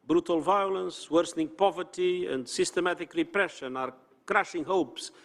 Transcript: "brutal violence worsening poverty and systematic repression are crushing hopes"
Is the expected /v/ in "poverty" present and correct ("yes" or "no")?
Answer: yes